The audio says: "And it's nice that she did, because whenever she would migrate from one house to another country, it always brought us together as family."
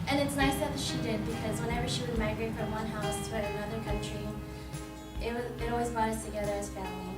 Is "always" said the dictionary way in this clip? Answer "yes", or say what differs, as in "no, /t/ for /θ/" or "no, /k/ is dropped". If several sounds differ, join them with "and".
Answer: yes